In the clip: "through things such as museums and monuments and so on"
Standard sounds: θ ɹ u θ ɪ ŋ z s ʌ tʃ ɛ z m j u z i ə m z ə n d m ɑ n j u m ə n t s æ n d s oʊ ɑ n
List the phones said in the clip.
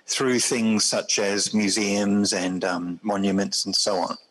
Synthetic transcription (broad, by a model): θ ɹ u θ ɪ ŋ z s ʌ tʃ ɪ z m j u z i ə m z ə n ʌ m ɑ n j u m ə n t s n s oʊ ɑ n